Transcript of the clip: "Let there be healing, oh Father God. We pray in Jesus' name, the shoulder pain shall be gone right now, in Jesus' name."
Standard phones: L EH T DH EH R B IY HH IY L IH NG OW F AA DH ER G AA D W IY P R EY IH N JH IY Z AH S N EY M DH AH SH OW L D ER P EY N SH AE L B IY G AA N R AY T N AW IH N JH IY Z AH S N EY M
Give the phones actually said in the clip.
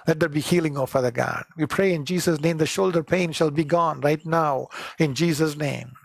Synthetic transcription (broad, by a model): L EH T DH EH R B IY HH IY L IH NG OW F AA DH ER G AA D W IY P R EY IH N JH IY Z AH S N EY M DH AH SH OW L D ER P EY N SH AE L B IY G AA N R AY T N AW IH N JH IY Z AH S N EY M